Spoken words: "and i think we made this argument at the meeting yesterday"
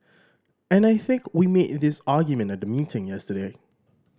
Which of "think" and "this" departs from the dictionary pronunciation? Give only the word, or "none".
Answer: none